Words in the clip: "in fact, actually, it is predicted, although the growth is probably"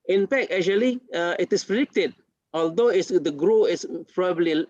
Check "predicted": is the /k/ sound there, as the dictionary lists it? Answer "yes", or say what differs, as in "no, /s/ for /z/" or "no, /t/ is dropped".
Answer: yes